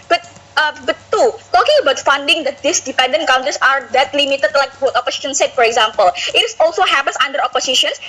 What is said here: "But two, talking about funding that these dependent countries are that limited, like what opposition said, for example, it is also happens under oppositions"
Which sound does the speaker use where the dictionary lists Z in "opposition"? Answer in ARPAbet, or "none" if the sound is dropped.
S